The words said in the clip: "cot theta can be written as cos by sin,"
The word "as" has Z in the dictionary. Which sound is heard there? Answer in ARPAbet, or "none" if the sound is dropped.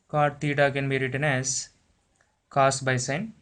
S